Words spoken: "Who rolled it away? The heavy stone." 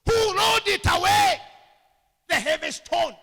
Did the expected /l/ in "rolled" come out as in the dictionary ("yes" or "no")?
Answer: no